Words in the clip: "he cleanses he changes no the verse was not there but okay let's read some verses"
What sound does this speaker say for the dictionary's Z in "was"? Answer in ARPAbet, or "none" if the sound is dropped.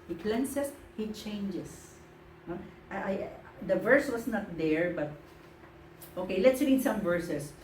S